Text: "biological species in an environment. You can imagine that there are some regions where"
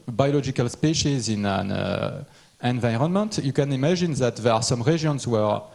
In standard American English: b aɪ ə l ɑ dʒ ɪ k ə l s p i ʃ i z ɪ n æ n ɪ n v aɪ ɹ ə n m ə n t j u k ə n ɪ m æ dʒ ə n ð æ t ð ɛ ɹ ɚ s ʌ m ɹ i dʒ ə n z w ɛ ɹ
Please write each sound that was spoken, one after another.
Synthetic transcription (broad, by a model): b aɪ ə l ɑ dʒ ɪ k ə l s p i ʃ i z ɪ n æ n ɪ n v aɪ ɹ ə n m ə n t j u k ə n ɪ m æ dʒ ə n ð æ t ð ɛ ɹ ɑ s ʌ m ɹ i ʒ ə n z w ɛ ɹ